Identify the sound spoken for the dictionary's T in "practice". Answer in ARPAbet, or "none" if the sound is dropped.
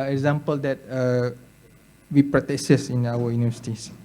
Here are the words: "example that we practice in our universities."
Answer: S